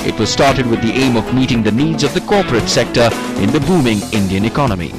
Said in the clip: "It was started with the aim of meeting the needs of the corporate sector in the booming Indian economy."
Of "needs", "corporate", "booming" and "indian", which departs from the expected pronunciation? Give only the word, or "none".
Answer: none